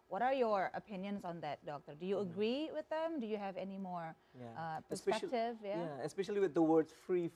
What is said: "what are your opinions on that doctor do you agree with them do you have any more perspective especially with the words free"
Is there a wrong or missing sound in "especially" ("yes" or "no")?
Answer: no